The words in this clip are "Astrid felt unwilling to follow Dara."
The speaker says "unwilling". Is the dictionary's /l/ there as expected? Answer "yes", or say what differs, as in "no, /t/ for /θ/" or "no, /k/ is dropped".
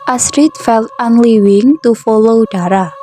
no, /w/ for /l/